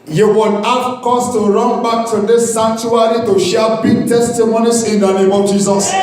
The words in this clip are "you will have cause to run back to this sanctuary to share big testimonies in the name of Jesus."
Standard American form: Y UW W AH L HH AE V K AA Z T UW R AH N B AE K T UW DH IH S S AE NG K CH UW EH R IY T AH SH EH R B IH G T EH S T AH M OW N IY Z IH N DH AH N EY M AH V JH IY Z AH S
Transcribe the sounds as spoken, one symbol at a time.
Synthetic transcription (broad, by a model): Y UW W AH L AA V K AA S T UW R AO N B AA K T UW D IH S S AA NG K CH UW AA R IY T AH SH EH B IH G T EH S T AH M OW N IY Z IH N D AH N EY M AH V JH IY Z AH S